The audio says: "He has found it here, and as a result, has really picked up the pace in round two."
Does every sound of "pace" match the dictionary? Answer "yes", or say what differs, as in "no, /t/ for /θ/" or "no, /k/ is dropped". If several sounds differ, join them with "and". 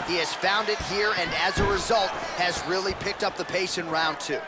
no, /ʃ/ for /s/